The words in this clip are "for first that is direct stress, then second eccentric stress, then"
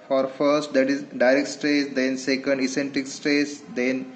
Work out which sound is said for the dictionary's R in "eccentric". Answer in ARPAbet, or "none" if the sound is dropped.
none